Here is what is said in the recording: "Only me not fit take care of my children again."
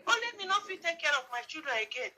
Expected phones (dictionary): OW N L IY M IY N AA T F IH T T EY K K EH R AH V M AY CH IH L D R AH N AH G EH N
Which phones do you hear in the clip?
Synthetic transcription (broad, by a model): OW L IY M IY N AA F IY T T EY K K EH R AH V M AY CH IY D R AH AH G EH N